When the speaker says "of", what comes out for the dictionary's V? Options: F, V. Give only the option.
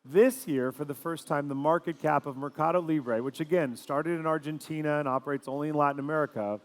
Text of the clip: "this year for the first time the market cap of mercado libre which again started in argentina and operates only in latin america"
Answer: V